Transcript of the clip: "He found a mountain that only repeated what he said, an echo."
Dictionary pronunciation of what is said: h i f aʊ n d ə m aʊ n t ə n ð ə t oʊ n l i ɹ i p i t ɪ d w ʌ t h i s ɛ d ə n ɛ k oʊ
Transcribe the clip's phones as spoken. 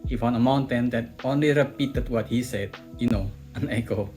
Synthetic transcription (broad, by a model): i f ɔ n ə m aʊ n t ə n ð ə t oʊ n l i ɹ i p i t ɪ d w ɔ t h i s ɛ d ə n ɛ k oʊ